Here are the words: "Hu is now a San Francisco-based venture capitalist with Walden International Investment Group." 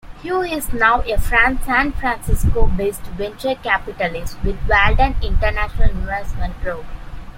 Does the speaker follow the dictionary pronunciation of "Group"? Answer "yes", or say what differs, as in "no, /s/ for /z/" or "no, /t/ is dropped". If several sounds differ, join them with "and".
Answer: no, /p/ is dropped